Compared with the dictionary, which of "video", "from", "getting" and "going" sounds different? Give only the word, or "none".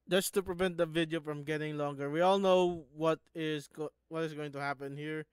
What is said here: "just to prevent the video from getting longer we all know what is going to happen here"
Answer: none